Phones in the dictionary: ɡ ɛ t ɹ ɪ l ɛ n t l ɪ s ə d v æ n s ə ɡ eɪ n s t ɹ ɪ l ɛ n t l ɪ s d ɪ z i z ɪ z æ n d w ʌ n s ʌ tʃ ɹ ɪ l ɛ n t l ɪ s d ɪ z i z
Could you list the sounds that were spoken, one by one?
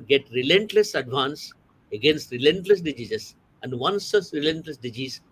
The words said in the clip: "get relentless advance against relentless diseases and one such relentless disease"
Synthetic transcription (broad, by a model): ɡ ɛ t ɹ ɪ l ɛ n t l ɪ s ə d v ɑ n s ə ɡ eɪ n s t ɹ ɪ l ɛ n t l ɪ s d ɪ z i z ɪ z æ n d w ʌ n s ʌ s ɹ ɪ l ɛ n t l ɪ s d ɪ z i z